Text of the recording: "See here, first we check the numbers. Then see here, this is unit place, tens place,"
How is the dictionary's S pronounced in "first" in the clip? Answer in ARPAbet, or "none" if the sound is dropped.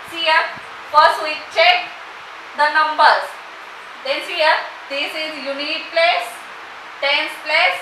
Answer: S